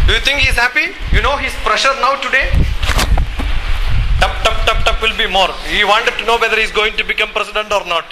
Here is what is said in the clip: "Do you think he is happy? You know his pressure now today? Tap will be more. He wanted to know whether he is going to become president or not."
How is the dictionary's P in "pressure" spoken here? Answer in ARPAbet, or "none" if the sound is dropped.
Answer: P